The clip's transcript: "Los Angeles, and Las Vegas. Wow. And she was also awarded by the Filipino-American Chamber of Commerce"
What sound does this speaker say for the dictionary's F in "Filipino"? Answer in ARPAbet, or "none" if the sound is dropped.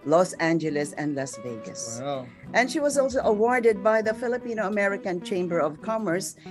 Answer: F